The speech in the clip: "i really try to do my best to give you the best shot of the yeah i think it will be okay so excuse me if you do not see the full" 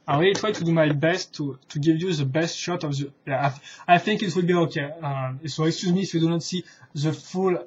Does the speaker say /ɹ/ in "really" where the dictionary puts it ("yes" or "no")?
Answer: no